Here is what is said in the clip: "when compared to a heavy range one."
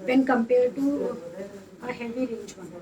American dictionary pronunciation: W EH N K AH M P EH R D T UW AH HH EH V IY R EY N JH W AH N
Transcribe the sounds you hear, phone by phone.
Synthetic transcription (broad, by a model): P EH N K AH M P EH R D T UW AH HH EH V IY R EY JH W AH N